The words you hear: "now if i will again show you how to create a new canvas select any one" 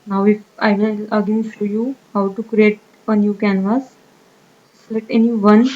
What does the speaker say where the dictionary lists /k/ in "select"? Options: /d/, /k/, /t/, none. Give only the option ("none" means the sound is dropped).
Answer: none